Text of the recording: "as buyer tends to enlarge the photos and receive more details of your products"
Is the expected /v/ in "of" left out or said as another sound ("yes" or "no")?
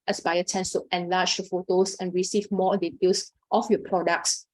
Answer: yes